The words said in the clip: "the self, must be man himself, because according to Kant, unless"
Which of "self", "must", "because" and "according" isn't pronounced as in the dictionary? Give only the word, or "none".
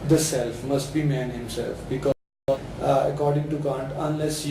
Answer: because